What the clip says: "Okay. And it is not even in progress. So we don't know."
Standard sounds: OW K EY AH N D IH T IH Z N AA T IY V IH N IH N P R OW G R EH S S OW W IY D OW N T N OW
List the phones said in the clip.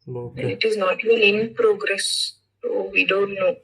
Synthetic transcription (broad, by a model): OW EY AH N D IH T IH Z N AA T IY IH L IH N P R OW G R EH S S OW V IY D OW N T N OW